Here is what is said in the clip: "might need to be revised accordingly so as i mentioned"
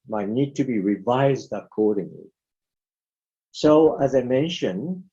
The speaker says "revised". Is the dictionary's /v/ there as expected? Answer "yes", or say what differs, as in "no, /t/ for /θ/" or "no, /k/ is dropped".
yes